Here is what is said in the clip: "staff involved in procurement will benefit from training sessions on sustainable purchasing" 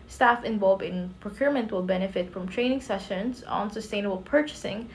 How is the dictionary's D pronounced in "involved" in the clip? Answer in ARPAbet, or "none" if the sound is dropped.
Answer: none